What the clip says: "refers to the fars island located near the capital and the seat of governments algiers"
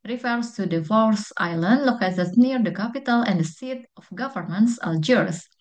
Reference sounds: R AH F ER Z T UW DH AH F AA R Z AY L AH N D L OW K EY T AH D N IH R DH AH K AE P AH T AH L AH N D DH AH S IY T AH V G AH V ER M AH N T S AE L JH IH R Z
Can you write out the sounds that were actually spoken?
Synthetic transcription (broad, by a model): R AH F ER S T UW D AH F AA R S AY L AH N D L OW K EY S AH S N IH R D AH K AE P AH T AH L AH N D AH S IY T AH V G AH V ER M AH N T S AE L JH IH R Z